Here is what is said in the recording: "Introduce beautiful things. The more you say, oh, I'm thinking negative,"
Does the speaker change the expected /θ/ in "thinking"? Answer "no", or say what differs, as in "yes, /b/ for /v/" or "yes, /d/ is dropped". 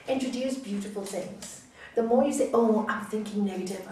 no